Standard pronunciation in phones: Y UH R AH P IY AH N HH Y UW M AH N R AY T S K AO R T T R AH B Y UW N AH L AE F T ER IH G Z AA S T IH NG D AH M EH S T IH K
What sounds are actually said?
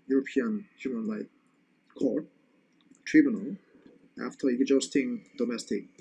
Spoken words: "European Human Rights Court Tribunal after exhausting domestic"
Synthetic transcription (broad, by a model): Y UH R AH P IY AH N HH Y UW M AH N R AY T K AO R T T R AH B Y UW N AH L AE F T ER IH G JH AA S T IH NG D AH M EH S T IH K